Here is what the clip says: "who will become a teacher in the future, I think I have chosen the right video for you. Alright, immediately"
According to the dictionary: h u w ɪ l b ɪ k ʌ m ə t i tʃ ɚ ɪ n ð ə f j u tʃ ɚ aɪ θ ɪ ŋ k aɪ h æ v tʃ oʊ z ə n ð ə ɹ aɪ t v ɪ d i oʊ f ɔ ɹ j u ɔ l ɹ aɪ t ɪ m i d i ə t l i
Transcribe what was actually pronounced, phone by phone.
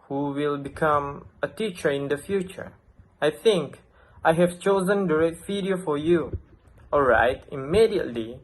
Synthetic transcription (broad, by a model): h u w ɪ l b ɪ k ʌ m ə t i tʃ ɚ ɪ n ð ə f j u tʃ ɚ aɪ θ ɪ ŋ k aɪ h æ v tʃ oʊ z ə n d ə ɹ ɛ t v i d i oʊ f ɔ ɹ j u ɔ l ɹ aɪ t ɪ m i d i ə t l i